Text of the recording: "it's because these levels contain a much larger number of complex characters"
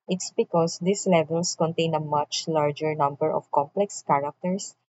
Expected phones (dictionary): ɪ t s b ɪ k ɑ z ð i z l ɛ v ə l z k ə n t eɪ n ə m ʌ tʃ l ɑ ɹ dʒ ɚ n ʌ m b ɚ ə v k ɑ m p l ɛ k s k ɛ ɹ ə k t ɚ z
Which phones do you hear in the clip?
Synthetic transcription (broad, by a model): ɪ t s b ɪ k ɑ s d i s l ɛ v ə l s k ə n t eɪ n ə m ʌ tʃ l ɑ ɹ dʒ ɚ n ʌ m b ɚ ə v k ɑ m p l ɛ k s k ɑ ɹ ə k t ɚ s